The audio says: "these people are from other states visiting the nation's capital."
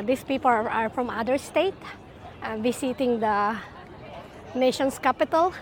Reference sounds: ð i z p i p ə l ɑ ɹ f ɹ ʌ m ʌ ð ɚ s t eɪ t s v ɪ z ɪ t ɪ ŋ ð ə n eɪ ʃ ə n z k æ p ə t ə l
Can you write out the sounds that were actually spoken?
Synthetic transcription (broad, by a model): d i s p i p ə l ɑ ɹ f ɹ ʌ m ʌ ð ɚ s t eɪ t v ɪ s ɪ t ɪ ŋ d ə n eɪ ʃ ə n s k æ p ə t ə l